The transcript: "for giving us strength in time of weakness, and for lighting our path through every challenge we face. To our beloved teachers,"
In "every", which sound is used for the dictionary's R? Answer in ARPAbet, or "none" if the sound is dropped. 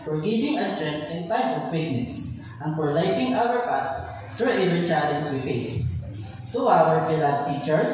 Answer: none